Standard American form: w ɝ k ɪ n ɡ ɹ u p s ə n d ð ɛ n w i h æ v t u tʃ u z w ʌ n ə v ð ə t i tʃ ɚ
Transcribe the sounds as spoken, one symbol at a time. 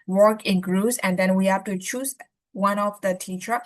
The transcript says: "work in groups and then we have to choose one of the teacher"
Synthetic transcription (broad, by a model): w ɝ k ɪ n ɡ ɹ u s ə n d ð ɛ n w i h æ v t u tʃ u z w ʌ n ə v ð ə t i tʃ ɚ